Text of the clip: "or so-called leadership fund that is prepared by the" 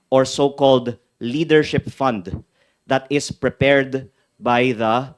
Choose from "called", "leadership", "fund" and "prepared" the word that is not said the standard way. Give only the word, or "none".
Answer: none